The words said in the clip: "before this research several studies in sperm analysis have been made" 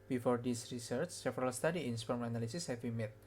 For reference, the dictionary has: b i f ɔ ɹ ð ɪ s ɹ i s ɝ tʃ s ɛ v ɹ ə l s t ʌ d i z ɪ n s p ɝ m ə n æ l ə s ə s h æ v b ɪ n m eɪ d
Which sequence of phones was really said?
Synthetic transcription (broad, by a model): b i f ɔ ɹ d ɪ s ɹ i s ɝ tʃ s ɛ f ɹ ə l s t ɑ d i ɪ n s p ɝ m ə n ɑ l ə s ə s h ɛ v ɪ m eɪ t